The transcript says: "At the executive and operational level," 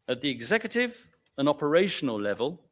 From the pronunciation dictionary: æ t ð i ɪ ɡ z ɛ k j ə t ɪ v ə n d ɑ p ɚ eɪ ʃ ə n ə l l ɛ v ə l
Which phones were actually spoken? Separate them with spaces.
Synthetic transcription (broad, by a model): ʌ t ð i ɪ ɡ z ɛ k j ə t ɪ v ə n ɑ p ɚ eɪ ʃ ə n ə l l ɛ v ə l